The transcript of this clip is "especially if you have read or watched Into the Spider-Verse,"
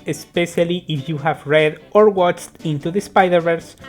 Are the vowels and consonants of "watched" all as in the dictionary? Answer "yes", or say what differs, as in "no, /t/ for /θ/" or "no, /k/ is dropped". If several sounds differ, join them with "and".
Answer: yes